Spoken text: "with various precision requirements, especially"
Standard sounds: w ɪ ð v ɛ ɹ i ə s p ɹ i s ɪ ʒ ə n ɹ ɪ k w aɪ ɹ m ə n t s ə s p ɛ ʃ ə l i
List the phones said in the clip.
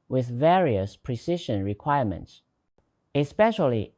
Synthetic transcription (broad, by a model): w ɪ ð v ɛ ɹ i ə s p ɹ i s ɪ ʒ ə n ɹ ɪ k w aɪ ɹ m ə n t s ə s p ɛ ʃ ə l i